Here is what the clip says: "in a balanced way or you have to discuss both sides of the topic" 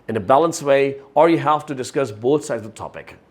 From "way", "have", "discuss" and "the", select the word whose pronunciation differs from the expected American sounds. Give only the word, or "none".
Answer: have